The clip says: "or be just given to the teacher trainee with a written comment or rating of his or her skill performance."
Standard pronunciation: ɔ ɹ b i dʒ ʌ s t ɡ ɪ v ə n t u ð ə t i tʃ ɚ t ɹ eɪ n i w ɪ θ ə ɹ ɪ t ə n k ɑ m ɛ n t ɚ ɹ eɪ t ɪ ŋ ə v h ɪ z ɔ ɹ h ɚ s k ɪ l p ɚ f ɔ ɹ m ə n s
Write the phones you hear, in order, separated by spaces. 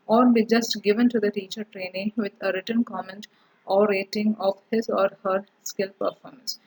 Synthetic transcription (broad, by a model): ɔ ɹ b i dʒ ʌ s t ɡ ɪ v ə n t u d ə t i tʃ ɚ t ɹ eɪ n i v ɪ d ə ɹ ɪ t ə n k ɑ m ɛ n t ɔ ɹ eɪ t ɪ ŋ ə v h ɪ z ɔ ɹ h ɚ s k ɪ l p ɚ f ɔ ɹ m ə n s